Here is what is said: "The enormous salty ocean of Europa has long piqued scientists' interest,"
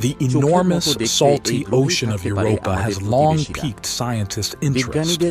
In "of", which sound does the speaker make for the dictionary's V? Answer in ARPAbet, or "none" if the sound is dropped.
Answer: V